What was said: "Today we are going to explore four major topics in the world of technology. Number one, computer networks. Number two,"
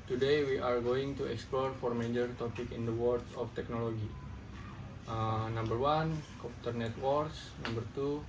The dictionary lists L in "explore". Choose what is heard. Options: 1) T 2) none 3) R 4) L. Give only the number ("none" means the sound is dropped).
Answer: 4